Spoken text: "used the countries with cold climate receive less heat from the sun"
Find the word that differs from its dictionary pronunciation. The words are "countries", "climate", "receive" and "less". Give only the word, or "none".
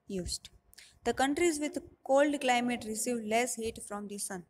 none